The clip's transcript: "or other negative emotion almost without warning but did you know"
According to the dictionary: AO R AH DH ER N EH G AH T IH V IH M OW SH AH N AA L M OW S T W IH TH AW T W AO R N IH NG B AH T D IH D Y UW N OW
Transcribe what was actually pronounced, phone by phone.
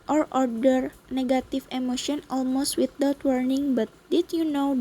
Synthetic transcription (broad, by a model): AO R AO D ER N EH G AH T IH F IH M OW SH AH N AA L M OW S T W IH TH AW T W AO R N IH NG B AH T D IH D Y UW N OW